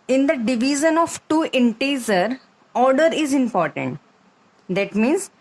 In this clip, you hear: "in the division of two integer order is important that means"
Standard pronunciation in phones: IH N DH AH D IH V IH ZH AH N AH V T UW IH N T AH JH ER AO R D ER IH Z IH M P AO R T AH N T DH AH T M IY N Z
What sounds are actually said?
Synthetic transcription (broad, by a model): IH N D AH D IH V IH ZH AH N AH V T UW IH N T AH Z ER AO R D ER IH Z IH M P AO R T AH N T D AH T M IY N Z